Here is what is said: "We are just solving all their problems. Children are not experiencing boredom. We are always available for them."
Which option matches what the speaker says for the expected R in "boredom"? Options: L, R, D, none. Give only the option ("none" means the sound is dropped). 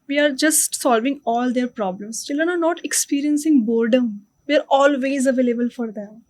R